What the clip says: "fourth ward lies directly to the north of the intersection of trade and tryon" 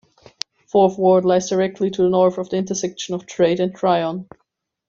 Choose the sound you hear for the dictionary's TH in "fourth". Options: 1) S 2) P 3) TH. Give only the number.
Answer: 3